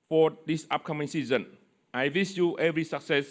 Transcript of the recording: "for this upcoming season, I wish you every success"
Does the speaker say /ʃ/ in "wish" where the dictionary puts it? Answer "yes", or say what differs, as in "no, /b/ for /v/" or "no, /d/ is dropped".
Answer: no, /s/ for /ʃ/